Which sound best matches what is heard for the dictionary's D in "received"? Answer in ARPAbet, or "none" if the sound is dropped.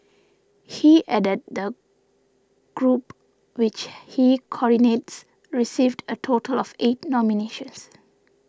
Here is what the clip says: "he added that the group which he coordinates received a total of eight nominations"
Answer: D